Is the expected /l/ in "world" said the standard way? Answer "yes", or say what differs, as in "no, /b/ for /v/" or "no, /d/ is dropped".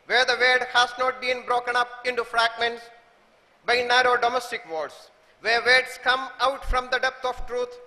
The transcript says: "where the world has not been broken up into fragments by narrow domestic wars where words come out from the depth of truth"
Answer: no, /l/ is dropped